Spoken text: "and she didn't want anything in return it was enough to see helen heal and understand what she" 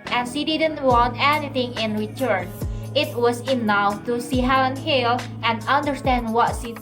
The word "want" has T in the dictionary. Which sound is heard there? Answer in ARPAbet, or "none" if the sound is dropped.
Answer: T